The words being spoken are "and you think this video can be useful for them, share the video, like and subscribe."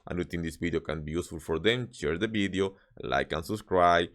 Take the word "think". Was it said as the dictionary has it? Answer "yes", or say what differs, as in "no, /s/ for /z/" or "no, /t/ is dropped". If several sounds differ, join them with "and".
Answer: no, /t/ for /θ/